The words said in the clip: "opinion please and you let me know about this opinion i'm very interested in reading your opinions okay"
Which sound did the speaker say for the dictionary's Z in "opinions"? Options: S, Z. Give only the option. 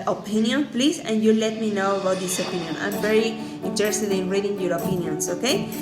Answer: S